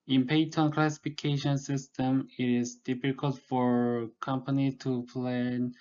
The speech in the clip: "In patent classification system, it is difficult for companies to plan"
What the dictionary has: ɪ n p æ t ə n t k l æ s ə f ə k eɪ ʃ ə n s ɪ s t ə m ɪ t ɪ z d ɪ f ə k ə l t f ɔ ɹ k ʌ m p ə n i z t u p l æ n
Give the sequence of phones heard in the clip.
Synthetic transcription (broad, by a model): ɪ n p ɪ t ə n k l æ s ə f ə k eɪ ʃ ə n s ɪ s t ə m ɪ t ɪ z d ɪ f ə k ə l t f ɔ ɹ k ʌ m p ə n i t u p l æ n